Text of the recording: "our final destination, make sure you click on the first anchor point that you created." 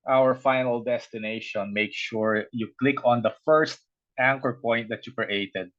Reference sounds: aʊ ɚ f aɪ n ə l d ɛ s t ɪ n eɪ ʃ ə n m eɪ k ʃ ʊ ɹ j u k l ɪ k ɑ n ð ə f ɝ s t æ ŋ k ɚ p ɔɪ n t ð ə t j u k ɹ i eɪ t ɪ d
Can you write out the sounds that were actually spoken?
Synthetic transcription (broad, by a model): aʊ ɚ f aɪ n ə l d ɛ s t ɪ n eɪ ʃ ə n m eɪ k ʃ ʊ ɹ j u k l ɪ k ɑ n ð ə f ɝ s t æ ŋ k ɚ p ɔɪ n t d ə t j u k ɹ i eɪ t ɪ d